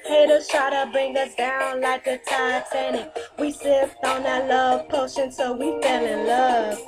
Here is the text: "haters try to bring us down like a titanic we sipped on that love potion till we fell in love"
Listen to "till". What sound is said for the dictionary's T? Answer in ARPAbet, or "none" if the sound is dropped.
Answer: S